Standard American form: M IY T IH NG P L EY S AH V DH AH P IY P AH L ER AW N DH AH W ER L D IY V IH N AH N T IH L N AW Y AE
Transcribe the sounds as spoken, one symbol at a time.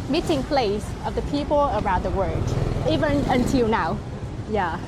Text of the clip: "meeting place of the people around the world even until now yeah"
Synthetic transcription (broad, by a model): M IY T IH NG P L EY S AH V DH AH P IY P AH L ER AW N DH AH W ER D IY V IH N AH N T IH L N AW Y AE